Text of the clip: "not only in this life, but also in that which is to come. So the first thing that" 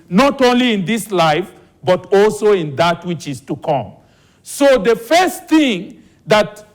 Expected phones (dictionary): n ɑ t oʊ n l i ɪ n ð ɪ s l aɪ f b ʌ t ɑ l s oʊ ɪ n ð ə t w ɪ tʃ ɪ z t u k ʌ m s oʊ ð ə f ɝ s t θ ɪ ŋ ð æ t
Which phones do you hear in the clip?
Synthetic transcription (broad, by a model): n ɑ t oʊ n l i ɪ n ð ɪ s l aɪ f b ʌ t ɑ l s oʊ ɪ n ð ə t w ɪ tʃ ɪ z t u k ʌ m s oʊ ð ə f ɝ s t θ ɪ ŋ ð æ t